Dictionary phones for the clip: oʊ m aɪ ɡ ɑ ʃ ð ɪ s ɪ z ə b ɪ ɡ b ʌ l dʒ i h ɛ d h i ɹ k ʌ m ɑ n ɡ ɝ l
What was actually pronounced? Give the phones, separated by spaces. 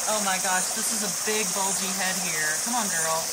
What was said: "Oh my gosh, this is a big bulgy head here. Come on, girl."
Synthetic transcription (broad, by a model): oʊ m aɪ ɡ ɑ ʃ ð ɪ s ɪ z ə b ɪ ɡ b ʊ l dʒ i h ɛ d h i ɹ k ʌ m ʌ n ɡ ɝ l